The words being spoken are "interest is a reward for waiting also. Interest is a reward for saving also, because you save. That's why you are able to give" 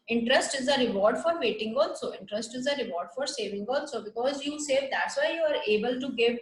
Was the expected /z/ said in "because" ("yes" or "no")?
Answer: yes